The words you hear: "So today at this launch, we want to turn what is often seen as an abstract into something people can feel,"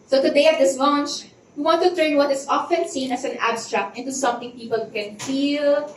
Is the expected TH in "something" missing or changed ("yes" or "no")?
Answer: yes